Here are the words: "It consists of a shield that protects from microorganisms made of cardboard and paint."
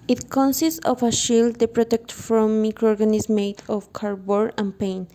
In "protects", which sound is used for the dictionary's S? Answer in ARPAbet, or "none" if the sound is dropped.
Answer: none